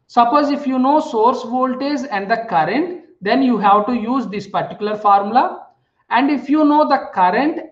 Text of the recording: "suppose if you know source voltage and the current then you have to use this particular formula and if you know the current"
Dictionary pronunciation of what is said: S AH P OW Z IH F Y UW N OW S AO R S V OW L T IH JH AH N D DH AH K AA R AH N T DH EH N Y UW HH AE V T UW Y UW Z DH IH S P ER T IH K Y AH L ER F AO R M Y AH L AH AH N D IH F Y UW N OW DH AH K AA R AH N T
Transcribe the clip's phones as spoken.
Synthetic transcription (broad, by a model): S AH P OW Z IH F Y UW N OW S AO R S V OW L T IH Z AH N D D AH K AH R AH N T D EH N Y UW HH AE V T UW Y UW Z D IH S P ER T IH K Y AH L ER F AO R M L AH AH N D IH F Y UW N OW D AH K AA R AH N T